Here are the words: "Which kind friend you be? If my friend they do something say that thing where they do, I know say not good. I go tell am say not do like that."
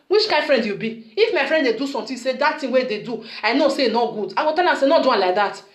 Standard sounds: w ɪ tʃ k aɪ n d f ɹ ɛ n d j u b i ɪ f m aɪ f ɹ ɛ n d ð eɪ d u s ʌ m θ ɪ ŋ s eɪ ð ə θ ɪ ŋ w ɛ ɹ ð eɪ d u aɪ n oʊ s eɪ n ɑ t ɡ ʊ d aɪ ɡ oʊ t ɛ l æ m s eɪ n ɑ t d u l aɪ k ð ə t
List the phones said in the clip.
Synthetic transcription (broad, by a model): w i tʃ k aɪ n d f ɹ ɛ n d j u b i ɪ f m aɪ f ɹ ɛ n d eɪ d u s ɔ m t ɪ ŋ s eɪ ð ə t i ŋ w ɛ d eɪ d u aɪ n oʊ s eɪ n ɑ t ɡ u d aɪ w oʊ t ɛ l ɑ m s eɪ n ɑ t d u l aɪ k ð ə t